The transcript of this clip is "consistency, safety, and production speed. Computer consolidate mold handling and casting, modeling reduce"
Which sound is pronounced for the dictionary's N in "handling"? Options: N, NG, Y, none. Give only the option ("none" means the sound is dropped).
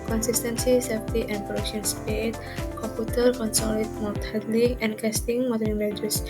none